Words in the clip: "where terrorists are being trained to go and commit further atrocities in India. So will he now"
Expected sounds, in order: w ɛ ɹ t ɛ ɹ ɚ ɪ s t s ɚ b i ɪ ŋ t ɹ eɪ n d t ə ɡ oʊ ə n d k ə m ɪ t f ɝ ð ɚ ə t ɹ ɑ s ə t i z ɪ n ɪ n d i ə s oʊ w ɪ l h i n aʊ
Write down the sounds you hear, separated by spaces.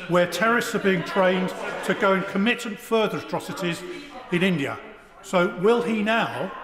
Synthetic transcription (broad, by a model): w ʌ t ɛ ɹ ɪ s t s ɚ b i ɪ ŋ t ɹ eɪ n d t ə ɡ oʊ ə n k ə m ɪ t f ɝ ð ɚ ə t ɹ ɑ s ə t i z ɪ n ɪ n d i ə s oʊ w ɪ l i n aʊ